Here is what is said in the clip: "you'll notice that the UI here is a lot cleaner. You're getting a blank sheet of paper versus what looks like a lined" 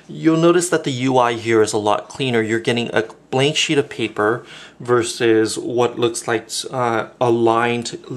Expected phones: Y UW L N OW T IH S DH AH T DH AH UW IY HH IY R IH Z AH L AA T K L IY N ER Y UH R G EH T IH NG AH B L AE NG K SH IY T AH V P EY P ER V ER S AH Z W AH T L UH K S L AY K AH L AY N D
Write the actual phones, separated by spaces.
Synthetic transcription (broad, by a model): Y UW L N OW T IH S DH AH T DH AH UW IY HH IY R IH Z AH L AA T K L IY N ER Y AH R G EH T IH NG AH B L AE NG K SH IY T AH V P EY P ER V ER S AH Z W AH T L UH K S L AY K AH L AY N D